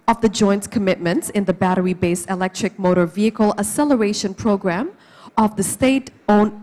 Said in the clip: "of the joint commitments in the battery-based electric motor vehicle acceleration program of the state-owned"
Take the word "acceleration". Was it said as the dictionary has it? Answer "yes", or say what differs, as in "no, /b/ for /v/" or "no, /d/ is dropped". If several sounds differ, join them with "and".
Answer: no, /k/ is dropped